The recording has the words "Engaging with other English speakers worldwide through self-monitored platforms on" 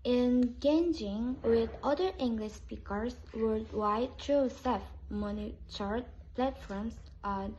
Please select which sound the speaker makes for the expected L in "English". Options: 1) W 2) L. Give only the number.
2